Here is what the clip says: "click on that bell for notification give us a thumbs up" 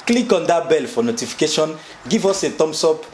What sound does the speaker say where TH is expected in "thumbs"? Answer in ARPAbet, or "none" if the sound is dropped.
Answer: T